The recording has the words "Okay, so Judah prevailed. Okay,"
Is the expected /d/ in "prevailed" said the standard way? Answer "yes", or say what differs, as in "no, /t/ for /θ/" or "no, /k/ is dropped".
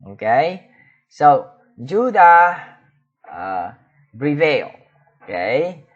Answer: no, /d/ is dropped